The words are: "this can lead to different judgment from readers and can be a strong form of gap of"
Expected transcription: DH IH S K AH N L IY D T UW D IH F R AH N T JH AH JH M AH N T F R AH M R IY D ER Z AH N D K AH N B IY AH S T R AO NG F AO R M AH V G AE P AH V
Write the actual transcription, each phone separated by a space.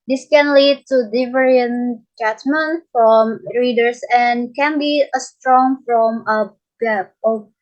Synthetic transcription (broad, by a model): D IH S K AH N L IY D T UW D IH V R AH N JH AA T M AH N F R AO M R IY D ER S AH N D K AH N B IY AH S T R AO NG F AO M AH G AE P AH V